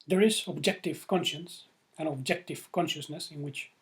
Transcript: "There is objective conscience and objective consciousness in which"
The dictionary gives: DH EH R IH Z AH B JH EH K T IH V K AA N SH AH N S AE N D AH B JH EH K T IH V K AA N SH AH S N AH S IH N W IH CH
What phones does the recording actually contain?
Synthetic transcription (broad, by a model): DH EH R IH Z AH B JH EH K T IH V K AA N SH AH N S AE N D AH B JH EH K T IH V K AA N SH AH S N AH S IH N W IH CH